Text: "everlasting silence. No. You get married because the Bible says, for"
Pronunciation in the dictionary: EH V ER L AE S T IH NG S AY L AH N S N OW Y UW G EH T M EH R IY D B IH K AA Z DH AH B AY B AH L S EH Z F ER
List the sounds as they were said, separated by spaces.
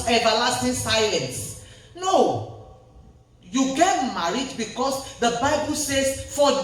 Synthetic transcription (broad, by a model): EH V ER L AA S T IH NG S AY AH N S N OW Y UW G EH T M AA R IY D B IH K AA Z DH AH B AY B AH L S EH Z F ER